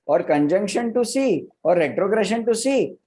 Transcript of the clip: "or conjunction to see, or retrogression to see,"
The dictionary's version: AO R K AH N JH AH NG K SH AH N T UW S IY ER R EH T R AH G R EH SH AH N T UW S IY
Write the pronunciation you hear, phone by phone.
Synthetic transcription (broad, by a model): AO R K AH N JH AH NG K SH AH N T UW S IY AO R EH T R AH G R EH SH AH N T UW S IY